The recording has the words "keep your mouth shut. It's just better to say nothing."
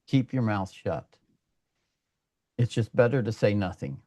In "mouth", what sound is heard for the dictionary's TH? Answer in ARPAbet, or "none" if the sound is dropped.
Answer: TH